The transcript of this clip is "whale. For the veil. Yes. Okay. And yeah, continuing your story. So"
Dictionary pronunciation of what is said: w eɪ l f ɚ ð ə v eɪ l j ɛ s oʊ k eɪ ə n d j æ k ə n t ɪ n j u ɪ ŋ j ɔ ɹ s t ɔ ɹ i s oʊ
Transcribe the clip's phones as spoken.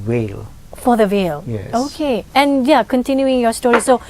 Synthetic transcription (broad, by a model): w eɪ l f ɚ ð ə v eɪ l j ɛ oʊ k eɪ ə n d j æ k ə n t ɪ n j u ɪ ŋ j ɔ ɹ s t ɔ ɹ i s oʊ